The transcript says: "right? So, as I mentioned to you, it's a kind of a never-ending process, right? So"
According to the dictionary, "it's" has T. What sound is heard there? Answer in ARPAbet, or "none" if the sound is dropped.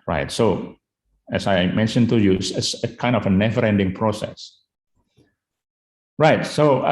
S